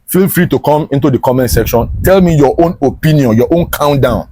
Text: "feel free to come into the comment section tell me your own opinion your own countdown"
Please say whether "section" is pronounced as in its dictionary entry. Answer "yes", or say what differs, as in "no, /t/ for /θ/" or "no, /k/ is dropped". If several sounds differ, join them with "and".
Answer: yes